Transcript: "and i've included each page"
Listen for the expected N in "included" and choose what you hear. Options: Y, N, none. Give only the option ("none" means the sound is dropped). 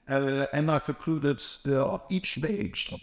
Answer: none